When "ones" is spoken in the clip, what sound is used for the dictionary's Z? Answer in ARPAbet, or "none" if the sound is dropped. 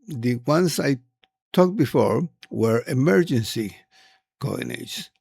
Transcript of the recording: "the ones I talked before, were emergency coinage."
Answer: S